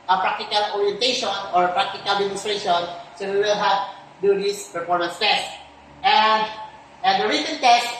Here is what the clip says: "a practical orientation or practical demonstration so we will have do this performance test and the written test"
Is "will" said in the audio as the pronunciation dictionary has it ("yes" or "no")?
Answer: yes